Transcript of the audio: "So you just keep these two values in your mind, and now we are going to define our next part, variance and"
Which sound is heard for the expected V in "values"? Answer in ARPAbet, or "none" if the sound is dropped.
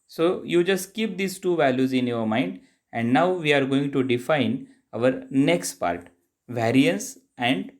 V